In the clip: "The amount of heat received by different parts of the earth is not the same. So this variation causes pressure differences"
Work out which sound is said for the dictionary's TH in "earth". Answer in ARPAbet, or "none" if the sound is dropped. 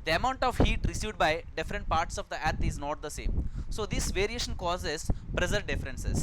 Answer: T